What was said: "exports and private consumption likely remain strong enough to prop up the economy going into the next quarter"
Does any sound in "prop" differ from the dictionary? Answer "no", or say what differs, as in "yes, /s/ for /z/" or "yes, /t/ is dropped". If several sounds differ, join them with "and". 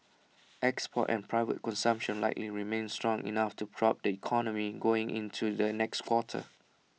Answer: no